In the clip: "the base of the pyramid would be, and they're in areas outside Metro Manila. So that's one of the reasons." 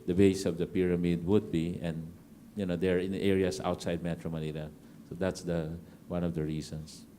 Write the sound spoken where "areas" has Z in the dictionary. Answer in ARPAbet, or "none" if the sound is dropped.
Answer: S